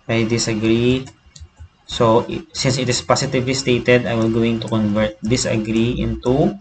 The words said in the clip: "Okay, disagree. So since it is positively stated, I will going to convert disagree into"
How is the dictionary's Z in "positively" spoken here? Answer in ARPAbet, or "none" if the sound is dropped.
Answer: S